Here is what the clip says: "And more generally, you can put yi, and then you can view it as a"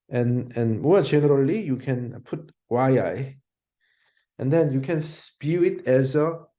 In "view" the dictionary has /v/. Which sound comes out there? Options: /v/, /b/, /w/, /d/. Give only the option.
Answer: /b/